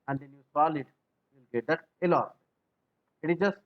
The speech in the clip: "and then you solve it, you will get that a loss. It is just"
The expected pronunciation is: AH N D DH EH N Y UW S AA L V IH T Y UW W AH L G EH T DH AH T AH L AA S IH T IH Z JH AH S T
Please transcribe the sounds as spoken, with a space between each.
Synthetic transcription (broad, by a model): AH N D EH N Y UW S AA L IH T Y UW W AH L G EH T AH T AH L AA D IH T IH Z JH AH S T